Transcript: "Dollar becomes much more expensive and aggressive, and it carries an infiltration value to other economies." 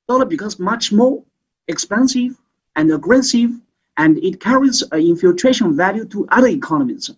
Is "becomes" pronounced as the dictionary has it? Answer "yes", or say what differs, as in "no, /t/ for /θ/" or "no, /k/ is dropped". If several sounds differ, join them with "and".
no, /m/ is dropped